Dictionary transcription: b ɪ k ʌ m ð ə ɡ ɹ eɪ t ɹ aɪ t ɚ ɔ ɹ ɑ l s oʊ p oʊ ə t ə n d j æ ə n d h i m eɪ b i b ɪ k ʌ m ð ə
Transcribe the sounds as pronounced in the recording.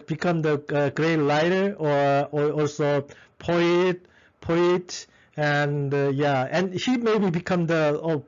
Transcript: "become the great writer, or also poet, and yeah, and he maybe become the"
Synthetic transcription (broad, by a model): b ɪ k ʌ m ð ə ɡ ɹ eɪ t l aɪ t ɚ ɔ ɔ ɑ l s oʊ p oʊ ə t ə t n j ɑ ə n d h i m eɪ b i b ɪ k ʌ m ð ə